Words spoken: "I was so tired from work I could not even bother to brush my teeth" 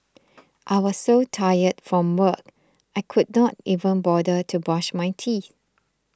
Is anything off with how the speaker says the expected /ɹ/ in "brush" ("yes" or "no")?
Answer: yes